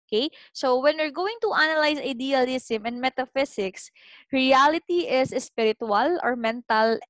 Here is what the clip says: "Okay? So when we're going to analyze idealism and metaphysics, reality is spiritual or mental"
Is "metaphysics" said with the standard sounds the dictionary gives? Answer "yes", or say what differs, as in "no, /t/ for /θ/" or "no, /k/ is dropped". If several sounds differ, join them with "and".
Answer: no, /s/ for /z/